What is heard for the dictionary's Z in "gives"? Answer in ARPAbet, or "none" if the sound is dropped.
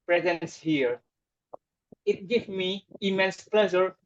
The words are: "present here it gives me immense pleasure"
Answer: none